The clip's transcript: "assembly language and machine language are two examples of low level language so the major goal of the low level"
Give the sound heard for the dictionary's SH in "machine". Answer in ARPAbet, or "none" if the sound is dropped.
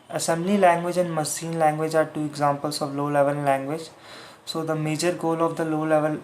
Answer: S